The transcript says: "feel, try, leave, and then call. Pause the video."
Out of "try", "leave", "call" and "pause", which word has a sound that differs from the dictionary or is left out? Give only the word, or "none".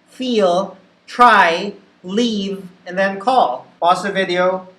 pause